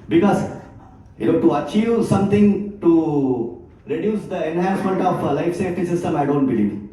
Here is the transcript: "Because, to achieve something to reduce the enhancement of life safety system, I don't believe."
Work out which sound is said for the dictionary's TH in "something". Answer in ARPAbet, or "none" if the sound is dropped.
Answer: T